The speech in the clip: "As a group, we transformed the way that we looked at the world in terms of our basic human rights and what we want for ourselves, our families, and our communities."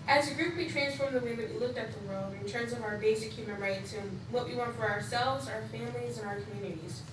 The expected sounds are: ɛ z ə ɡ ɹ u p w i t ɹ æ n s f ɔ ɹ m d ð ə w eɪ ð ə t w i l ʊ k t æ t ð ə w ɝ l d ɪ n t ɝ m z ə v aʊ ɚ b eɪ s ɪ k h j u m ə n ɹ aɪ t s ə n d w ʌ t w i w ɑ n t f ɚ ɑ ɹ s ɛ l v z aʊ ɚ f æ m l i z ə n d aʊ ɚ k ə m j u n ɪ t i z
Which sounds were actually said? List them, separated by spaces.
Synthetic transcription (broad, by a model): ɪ z ə ɡ ɹ u p w i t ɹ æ n s f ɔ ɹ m ð ə w eɪ ð ə t w i l ʊ k t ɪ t ð ə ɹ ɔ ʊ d ɪ n t ɝ m z ə v aʊ ɚ b eɪ s ɪ k h j u m ə n ɹ aɪ t s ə n w ʌ t w i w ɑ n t f ɚ ɑ ɹ s ɛ l v z aʊ ɚ f æ m l i z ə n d aʊ ɚ k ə m j u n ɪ t i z